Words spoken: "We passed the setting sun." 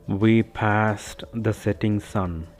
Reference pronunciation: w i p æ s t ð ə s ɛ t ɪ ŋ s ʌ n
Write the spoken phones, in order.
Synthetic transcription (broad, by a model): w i p æ s t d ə s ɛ t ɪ ŋ s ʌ n